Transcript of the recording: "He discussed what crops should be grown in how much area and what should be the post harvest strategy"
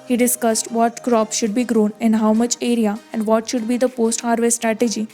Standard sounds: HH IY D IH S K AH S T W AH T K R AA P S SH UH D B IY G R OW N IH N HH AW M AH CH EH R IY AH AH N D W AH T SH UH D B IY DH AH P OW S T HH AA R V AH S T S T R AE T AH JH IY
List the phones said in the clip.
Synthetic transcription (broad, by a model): HH IY D IH S K AH S T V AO T K R AA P SH UH D B IY G R OW N IH N HH AW M AH CH EH R IY AH AH N D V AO T SH UH D B IY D AH P OW S T HH AA R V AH T S T R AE T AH JH IY